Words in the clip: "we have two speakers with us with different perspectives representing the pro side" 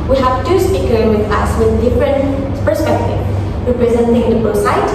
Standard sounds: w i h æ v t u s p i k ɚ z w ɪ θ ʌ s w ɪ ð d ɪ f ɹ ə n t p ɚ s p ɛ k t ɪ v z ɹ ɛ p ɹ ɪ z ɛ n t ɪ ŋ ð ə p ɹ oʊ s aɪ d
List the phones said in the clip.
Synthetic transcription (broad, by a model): w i h æ v t u s p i k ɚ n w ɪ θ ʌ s w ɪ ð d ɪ f ɹ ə n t p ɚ s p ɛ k t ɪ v ɹ ɛ p ɹ ɪ z ɛ n t ɪ ŋ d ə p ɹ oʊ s aɪ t